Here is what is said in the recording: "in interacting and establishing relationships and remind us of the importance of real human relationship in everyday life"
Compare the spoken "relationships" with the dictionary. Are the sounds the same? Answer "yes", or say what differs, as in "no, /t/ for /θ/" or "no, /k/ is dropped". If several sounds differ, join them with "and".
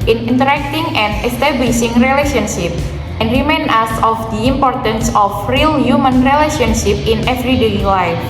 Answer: no, /s/ is dropped